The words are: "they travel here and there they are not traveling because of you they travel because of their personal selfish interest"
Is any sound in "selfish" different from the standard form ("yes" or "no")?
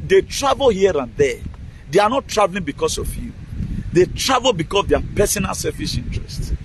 yes